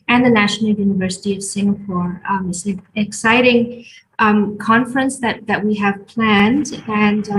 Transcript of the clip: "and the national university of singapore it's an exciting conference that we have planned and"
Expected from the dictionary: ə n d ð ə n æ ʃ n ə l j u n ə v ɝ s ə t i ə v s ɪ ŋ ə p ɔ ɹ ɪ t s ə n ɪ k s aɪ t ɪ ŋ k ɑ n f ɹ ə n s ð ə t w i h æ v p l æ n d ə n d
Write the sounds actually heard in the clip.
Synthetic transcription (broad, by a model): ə n ð ə n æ ʃ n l j u n ə v ɝ s ə t i ə v s ɪ ŋ ə p ɔ ɹ ɪ t s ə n ɪ k s aɪ t ɪ ŋ k ɑ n f ɹ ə n s ð ə t w i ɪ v p l æ n d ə n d